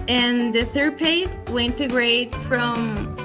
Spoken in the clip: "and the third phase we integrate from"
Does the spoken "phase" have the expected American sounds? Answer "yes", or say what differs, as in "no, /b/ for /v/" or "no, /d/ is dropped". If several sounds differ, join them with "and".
no, /p/ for /f/ and /s/ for /z/